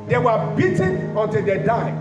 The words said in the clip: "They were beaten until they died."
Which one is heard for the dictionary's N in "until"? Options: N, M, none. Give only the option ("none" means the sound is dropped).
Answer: N